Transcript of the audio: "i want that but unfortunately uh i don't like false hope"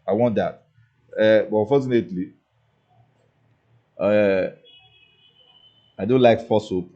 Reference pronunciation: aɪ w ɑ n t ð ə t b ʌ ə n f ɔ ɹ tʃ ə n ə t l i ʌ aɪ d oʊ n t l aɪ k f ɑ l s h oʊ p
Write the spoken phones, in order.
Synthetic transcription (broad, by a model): aɪ w ɑ n t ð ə t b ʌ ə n f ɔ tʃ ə n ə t l i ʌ aɪ d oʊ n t l aɪ k f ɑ s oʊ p